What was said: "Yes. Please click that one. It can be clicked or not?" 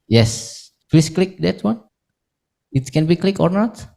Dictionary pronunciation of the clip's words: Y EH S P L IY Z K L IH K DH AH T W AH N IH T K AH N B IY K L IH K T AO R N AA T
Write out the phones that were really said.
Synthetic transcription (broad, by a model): Y EH S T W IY S K L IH K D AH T W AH N IH T K AH N B IY K L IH K AO R N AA T